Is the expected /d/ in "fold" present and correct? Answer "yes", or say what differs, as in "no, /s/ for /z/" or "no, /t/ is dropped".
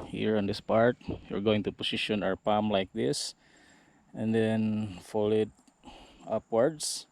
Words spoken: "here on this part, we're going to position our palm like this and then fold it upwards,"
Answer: no, /d/ is dropped